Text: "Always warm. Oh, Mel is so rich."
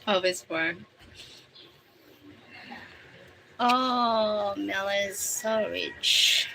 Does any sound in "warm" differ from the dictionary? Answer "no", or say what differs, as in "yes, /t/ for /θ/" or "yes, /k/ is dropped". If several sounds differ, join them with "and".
yes, /m/ is dropped